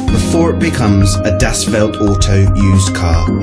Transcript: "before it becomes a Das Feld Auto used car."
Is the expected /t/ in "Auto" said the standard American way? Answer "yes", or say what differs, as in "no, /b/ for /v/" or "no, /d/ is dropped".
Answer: yes